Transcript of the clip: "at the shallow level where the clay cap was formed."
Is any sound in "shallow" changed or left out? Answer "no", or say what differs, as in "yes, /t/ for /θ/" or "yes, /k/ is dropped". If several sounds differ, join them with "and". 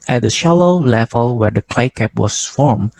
no